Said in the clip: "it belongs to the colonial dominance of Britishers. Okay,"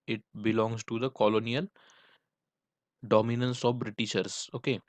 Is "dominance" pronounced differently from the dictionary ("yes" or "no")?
no